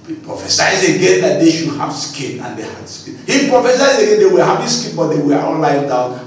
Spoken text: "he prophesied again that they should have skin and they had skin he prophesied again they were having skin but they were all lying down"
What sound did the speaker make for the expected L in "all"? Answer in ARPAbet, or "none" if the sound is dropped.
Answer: N